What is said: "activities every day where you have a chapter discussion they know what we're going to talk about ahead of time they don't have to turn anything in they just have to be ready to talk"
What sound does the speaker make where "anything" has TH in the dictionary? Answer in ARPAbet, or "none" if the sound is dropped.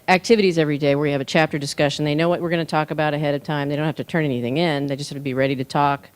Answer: TH